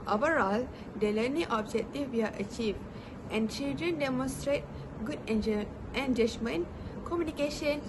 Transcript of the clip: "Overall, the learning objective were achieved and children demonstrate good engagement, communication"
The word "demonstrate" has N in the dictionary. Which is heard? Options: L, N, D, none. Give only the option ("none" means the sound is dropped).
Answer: N